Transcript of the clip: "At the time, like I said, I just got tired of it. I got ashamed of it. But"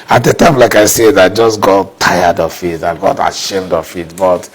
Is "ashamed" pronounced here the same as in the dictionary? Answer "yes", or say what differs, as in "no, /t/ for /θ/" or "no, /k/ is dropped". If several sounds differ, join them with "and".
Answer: yes